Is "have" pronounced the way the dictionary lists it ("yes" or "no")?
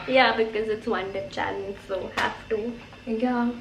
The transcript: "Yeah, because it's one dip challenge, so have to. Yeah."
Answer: no